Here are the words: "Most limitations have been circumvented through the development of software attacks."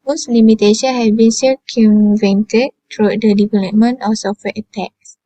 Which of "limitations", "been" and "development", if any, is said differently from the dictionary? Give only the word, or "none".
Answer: limitations